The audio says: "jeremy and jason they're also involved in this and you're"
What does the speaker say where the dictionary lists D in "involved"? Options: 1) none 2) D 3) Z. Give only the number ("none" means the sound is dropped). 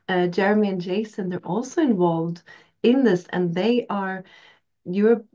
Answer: 2